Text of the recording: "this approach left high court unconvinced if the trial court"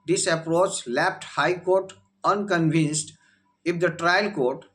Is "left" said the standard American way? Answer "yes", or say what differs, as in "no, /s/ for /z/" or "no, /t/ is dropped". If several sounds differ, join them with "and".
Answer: no, /p/ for /f/